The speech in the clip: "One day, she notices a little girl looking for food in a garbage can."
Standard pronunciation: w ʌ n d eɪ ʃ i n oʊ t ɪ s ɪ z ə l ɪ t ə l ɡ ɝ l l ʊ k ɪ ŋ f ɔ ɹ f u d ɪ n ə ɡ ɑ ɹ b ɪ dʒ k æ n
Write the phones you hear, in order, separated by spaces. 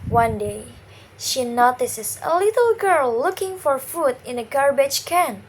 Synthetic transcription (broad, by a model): w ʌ n d eɪ ʃ i n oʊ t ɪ s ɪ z ə l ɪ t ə l ɡ ɝ l l ʊ k ɪ ŋ f ɔ ɹ f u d ɪ n ə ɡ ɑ ɹ b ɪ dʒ k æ n